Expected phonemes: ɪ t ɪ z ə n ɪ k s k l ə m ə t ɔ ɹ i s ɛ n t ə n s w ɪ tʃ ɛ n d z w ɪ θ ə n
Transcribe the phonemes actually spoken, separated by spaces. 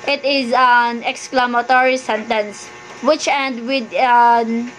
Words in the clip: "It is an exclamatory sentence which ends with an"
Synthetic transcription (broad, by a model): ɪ t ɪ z ə n ɪ k s k l ə m ə t ɔ ɹ i s ɛ n t ə n s w ɪ tʃ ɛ n d w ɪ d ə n